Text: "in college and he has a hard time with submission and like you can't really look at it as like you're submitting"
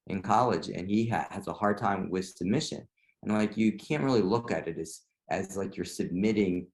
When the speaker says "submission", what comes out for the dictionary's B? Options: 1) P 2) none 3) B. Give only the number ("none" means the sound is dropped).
2